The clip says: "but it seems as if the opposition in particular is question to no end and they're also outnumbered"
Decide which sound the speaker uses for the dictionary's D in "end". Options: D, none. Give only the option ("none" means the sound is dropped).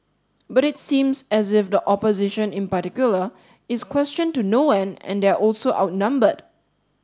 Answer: none